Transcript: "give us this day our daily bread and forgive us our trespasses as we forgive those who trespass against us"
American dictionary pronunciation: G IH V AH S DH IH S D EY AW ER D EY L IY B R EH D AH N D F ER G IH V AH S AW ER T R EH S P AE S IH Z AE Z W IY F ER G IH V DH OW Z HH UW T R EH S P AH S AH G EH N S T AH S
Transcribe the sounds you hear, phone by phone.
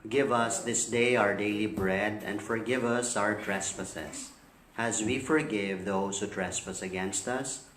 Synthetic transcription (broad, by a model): G IH V AH S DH IH S D EY AW ER D EY L IY B R EH D AH N D F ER G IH V AH S AW ER T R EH S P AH S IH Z AE Z W IY F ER G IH V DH OW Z HH UW T R EH S P AH S AH G EH N S T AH S